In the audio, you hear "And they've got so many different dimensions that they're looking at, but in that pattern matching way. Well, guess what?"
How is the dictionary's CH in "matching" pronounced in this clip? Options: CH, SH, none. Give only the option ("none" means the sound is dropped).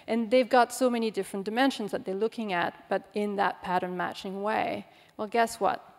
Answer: CH